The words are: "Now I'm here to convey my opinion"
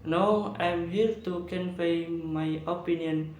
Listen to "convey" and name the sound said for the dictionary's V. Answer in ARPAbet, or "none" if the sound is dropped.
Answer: P